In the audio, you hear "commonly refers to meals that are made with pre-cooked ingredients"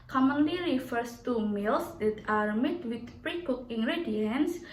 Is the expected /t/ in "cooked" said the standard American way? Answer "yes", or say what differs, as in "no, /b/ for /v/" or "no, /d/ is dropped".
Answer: no, /t/ is dropped